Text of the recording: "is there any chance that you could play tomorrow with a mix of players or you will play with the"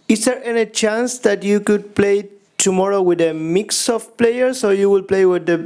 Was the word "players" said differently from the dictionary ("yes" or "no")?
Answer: yes